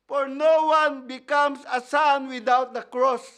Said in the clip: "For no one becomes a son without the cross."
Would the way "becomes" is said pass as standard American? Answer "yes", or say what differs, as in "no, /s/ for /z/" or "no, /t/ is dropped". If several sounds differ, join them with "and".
no, /s/ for /z/